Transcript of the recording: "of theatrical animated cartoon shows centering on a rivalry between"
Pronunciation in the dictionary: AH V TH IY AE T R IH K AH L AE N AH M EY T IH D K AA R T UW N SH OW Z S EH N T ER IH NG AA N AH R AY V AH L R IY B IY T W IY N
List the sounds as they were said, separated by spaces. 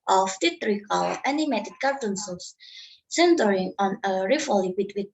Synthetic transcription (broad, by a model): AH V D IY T R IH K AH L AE N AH M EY T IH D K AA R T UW N S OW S S EH N T ER IH NG AA N AH R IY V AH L IY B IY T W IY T